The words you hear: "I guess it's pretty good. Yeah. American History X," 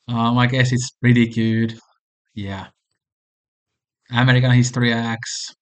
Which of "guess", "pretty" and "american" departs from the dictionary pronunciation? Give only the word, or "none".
none